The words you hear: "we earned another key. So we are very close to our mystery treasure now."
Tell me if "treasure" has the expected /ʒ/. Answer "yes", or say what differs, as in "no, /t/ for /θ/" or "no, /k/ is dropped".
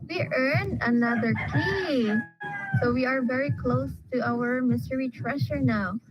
no, /ʃ/ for /ʒ/